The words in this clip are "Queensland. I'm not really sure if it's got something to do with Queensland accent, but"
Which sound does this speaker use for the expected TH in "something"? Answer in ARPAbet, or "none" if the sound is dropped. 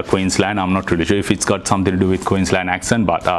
T